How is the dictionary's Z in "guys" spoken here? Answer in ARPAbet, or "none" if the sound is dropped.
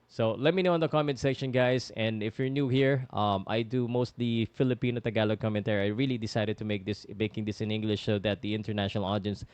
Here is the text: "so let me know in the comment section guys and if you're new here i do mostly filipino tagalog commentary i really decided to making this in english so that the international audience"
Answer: S